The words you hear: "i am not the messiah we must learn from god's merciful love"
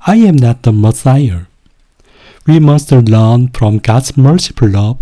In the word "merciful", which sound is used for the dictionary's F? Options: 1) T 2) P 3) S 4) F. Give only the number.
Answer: 2